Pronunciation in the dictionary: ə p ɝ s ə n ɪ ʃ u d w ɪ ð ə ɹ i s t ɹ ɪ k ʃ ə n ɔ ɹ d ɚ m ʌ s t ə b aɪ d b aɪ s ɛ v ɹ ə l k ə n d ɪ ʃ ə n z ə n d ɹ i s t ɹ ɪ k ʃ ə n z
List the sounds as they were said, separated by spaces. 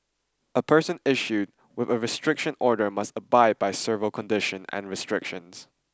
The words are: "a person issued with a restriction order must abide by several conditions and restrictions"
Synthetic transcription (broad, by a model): ə p ɝ s ə n ɪ ʃ u d w ɪ ð ə ɹ i s t ɹ ɪ k ʃ ə n ɔ ɹ d ɚ m ʌ s t ə b aɪ d b aɪ s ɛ v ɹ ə l k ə n d ɪ ʃ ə n ə n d ɹ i s t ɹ ɪ k ʃ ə n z